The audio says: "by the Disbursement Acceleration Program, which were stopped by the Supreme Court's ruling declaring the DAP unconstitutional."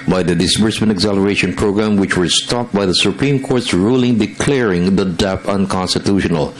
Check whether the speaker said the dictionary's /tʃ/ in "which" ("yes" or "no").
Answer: yes